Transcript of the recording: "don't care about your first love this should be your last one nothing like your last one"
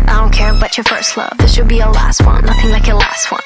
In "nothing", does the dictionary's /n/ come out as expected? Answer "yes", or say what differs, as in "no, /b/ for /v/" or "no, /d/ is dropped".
no, /l/ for /n/